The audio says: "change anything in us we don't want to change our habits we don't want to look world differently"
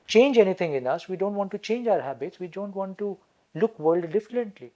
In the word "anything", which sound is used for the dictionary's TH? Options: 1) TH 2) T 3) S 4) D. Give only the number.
2